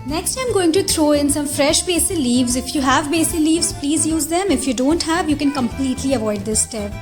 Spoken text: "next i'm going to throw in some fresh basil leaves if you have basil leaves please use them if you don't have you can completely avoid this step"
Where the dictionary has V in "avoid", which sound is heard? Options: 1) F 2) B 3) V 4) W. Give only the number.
3